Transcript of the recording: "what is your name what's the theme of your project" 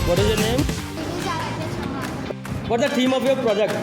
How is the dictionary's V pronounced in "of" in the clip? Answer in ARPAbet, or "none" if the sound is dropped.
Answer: P